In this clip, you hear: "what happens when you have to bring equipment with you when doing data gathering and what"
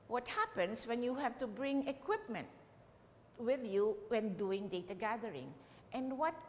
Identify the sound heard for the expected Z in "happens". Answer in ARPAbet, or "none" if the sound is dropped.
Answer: S